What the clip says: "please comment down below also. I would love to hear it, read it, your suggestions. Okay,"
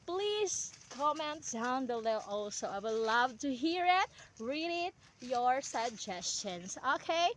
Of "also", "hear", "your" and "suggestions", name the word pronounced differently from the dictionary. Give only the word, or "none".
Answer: suggestions